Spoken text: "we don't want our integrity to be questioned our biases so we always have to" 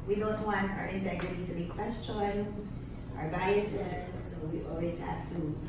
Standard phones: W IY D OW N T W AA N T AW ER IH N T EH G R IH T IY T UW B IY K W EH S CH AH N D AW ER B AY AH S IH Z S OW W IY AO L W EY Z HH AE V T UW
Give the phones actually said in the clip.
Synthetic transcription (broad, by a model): W IY D OW N T W AA N T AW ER IH N T EH G R IH T IY T UW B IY K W EH S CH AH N AW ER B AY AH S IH S OW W IY AO L W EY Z HH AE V T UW